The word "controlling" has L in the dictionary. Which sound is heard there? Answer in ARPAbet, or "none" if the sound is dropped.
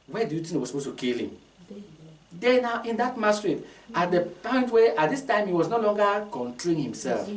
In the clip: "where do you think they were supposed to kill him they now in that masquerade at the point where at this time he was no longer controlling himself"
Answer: none